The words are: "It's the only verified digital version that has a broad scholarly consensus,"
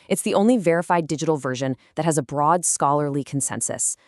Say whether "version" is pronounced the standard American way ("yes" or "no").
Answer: yes